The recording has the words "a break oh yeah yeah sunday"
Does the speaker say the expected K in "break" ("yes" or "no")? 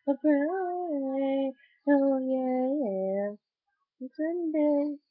no